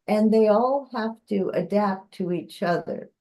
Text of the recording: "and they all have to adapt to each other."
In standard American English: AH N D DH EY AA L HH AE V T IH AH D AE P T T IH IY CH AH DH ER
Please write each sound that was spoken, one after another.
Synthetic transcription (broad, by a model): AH N DH EY AA L HH AE F T IH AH D AE P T T IH IY CH AH DH ER